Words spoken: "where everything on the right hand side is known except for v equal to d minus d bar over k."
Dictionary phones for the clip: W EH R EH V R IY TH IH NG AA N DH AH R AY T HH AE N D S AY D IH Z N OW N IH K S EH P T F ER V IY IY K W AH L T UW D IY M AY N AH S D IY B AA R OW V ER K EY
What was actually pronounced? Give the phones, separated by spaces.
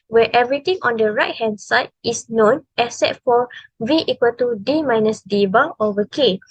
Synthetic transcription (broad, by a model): W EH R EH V R IY T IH NG AA N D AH R AY T HH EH N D S AY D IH S N OW N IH S EH T F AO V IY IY K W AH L T UW D IY M AY N AH S D IY B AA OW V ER K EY